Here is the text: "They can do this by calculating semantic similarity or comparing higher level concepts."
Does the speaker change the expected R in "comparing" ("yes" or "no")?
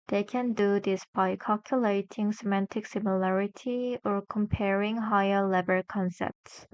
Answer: no